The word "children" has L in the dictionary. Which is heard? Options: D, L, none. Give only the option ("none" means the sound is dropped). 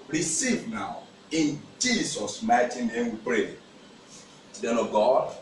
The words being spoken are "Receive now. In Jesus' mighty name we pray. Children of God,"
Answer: none